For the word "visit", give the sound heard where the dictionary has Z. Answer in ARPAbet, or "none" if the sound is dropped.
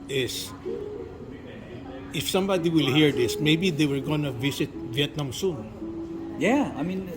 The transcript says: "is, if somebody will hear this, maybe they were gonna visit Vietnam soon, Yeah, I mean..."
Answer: S